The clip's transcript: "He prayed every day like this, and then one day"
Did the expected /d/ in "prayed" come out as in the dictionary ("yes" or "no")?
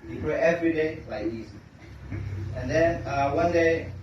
no